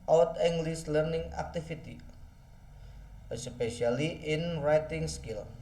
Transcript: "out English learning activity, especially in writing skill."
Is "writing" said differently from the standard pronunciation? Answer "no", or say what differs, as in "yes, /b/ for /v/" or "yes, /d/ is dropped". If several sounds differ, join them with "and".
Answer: no